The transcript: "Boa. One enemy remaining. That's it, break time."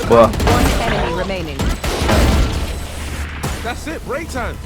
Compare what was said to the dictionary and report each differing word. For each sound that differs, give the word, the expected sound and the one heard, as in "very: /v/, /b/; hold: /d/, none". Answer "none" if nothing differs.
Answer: enemy: /m/, none